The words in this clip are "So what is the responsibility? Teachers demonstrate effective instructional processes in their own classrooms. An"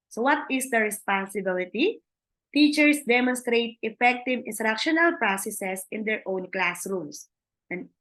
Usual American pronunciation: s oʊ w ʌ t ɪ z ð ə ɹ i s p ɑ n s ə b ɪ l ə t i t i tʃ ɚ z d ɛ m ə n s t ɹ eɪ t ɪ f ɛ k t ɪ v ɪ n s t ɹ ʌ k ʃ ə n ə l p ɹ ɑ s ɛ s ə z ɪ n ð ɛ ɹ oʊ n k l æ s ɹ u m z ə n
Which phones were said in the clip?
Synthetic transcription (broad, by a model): s oʊ w ʌ t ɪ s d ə ɹ i s p ɑ n s ə b ɪ l ə t i t i tʃ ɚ s d ɛ m ə n s t ɹ eɪ t ɪ f ɛ k t ɪ v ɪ n s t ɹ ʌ k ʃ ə n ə l p ɹ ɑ s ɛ s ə s ɪ n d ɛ ɹ oʊ n k l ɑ s ɹ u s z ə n